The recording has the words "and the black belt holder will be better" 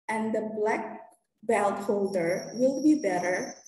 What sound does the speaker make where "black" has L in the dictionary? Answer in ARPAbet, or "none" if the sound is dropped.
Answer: L